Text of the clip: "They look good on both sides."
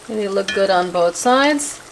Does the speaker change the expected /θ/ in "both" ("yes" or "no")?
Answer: no